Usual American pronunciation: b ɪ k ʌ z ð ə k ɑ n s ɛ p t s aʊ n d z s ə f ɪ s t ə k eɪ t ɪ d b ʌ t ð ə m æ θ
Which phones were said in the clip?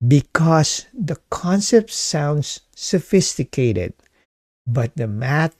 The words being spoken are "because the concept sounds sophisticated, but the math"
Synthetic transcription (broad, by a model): b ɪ k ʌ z ð ə k ɑ n s ɛ p t s aʊ n d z s ə f ɪ s t ə k eɪ t ɪ d b ʌ t ð ə m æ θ